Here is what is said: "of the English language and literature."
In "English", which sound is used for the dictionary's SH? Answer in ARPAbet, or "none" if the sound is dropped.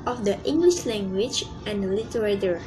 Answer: SH